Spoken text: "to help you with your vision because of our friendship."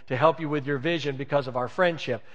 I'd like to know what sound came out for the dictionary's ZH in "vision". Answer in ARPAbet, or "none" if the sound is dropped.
ZH